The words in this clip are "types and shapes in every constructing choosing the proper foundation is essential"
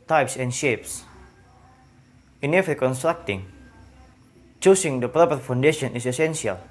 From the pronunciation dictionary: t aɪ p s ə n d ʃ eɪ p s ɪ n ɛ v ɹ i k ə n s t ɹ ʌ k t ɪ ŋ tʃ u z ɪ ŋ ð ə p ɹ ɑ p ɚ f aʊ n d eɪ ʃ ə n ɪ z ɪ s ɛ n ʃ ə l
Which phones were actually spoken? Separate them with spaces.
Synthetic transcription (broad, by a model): t aɪ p s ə n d ʃ eɪ p s ɪ n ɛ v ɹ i k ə n s t ɹ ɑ k t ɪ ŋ tʃ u s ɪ ŋ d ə p ɹ ɑ p ɚ f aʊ n d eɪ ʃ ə n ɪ s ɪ s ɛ n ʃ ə l